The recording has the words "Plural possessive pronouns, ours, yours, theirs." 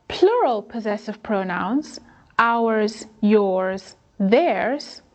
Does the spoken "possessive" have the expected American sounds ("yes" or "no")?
yes